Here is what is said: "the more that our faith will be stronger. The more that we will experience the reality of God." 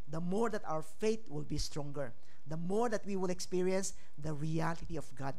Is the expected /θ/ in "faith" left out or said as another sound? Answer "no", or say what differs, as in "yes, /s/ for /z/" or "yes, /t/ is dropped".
yes, /t/ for /θ/